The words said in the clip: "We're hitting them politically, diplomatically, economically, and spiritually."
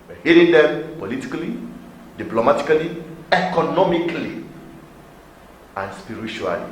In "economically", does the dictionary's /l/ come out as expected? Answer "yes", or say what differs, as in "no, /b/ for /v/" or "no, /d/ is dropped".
yes